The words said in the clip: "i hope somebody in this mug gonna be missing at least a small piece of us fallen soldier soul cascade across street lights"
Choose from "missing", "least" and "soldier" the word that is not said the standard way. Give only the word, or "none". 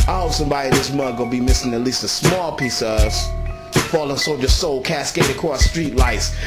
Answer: soldier